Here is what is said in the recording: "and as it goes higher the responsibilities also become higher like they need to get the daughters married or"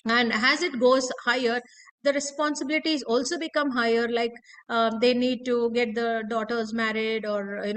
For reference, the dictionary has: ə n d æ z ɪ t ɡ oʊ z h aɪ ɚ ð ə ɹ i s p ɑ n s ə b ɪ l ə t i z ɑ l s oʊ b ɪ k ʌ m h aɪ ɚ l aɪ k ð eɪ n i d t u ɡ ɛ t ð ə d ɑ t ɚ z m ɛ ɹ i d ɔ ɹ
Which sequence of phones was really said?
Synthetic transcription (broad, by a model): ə n d æ z ɪ t ɡ oʊ z h aɪ ɚ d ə ɹ i s p ɑ n s ə b ɪ l ə t i z ɑ l s oʊ b ɪ k ʌ m h aɪ ɚ l aɪ k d eɪ n i d t u ɡ ɛ t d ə d ɑ t ɚ z m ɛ ɹ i d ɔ ɹ